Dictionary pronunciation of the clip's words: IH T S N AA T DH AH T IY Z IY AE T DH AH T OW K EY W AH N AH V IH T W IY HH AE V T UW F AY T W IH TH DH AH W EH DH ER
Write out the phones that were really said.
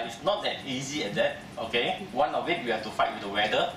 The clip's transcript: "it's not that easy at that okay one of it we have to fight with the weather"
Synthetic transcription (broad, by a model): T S N AA T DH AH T IY Z IY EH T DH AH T OW K EY W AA N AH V IH T W IY HH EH F T UW F AY T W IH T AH W EH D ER